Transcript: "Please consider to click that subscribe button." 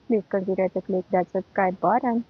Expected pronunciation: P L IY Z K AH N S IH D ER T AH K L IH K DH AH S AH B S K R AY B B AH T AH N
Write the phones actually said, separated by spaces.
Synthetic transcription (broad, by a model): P L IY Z K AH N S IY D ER T AH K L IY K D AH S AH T K AY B B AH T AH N